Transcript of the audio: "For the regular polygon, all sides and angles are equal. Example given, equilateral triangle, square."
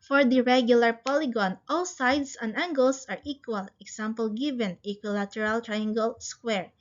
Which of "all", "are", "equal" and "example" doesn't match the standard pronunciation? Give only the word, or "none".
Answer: example